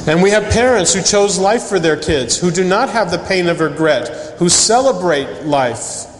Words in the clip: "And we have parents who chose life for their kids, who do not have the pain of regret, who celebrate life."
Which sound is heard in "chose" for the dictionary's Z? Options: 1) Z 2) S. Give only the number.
1